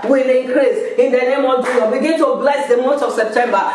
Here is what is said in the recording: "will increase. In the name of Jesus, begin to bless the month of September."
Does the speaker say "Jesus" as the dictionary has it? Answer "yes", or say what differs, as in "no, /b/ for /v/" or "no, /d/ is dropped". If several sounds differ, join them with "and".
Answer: no, /s/ is dropped